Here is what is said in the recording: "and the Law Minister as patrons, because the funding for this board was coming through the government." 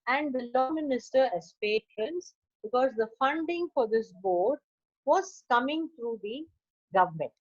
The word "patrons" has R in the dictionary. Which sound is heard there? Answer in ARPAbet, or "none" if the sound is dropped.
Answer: none